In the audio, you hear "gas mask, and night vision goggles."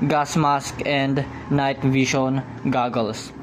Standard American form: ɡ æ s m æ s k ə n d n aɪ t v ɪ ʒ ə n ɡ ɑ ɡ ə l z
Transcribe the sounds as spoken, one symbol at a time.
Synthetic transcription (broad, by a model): ɡ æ s m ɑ s k ə n d n aɪ t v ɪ ʃ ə n ɡ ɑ ɡ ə l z